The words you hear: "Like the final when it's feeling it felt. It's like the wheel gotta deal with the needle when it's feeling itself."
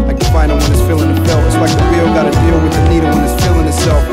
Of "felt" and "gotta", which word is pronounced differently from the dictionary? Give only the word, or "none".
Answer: felt